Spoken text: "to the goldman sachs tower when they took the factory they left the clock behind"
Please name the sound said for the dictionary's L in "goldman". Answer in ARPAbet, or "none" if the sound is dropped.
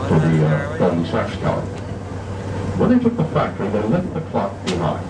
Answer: none